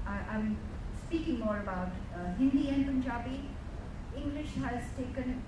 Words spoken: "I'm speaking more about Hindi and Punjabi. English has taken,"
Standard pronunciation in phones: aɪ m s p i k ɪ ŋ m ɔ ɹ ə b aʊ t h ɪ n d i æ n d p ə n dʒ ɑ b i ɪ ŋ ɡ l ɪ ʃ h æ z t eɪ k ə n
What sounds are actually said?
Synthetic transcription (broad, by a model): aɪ m s p i k ɪ ŋ m ɔ ɹ ə b aʊ t h ɪ n d i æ n p ə n dʒ ɑ b i ɪ ŋ ɡ l ɪ ʃ h æ z t eɪ k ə n